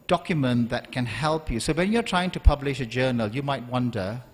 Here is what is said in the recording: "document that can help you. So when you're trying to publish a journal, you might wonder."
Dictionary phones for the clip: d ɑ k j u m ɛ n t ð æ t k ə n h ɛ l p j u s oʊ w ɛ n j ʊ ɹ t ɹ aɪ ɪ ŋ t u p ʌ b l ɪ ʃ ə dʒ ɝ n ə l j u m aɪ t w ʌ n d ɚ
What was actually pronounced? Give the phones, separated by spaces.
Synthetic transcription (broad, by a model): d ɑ k j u m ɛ n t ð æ t k ə n h ɛ l p j u s oʊ w ɛ n j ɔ t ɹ aɪ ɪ ŋ t u p ʌ b l ɪ ʃ ə dʒ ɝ n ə l j u m aɪ t w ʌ n d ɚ